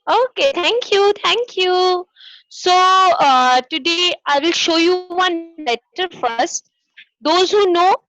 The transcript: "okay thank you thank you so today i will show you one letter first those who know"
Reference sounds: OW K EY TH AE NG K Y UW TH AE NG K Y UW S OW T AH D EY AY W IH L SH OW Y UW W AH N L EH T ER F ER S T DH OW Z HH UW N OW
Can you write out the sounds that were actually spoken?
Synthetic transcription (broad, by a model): OW K EY T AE NG K Y UW T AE NG K Y UW S OW T AH D EY AY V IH L SH OW Y UW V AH N L EH T ER F ER S T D OW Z HH UW N OW